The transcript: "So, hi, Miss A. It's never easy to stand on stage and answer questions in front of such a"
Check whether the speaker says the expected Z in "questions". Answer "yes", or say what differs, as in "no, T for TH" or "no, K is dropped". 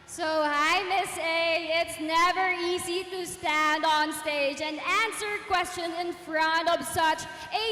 no, Z is dropped